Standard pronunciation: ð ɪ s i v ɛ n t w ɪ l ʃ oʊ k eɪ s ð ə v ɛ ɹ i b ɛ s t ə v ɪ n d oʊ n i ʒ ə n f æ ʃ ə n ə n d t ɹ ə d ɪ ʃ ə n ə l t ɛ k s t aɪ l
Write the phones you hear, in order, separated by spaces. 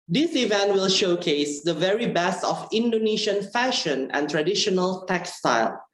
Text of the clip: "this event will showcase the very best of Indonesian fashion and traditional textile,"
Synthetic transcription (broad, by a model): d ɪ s i v ɛ n t w ɪ l ʃ oʊ k eɪ s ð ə v ɛ ɹ i b ɛ s t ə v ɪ n d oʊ n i ʃ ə n f æ ʃ ə n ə n t ɹ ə d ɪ ʃ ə n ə l t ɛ k s t aɪ l